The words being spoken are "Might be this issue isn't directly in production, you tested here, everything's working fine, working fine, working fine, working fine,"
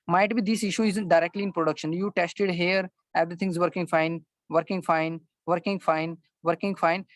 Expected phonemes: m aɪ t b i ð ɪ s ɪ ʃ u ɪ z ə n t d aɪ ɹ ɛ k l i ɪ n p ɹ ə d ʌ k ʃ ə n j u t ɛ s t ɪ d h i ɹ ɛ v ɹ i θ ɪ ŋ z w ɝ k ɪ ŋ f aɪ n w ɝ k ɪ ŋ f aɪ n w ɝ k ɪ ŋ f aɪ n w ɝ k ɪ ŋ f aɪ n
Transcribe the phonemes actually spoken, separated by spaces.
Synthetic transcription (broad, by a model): m aɪ t b i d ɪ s ɪ ʃ u ɪ z ə n t d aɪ ɹ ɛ k l i ɪ n p ɹ ə d ʌ k ʃ ə n j u t ɛ s t ɪ d h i ɹ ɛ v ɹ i t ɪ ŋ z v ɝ k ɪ ŋ f aɪ n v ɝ k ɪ ŋ f aɪ n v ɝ k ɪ ŋ f aɪ n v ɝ k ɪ ŋ f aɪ n